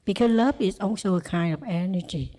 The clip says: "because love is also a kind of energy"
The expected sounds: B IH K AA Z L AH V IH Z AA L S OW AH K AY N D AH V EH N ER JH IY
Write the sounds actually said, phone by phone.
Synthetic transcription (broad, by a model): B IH K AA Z L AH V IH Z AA N S OW AH K AY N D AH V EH N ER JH IY